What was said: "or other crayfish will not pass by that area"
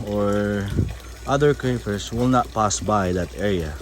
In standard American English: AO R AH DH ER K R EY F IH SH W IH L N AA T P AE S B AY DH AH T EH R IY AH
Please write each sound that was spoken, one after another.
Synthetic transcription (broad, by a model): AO R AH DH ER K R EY P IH S W IH L N AA T P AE S B AY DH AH T EH R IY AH